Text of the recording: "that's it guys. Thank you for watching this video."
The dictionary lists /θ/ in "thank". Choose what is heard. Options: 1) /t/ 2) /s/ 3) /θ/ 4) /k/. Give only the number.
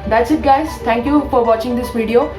1